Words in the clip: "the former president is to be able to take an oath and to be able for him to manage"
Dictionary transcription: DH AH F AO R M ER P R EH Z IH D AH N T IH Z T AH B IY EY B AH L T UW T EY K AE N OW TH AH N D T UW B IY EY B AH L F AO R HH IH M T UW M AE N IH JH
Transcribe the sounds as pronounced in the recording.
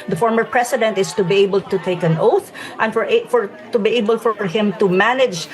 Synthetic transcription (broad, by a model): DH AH F AO R M ER P R EH S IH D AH N T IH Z T AH B IY EY B AH L T UW T EY K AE N OW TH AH N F T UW B IY EY B AH L F AO R HH IH M T UW M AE N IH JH